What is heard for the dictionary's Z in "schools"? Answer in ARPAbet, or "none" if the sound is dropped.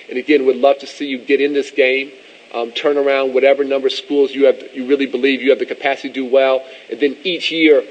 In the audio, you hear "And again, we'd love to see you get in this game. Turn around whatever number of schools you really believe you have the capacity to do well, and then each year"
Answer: Z